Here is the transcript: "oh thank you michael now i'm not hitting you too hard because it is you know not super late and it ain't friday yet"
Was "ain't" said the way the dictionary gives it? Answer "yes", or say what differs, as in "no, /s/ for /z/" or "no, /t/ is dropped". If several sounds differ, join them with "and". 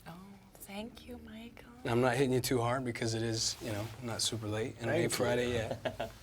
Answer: no, /n/ is dropped